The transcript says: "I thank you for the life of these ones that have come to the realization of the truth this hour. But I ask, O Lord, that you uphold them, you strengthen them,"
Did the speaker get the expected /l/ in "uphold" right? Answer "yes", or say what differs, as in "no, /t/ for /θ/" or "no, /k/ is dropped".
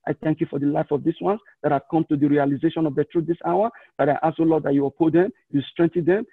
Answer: no, /l/ is dropped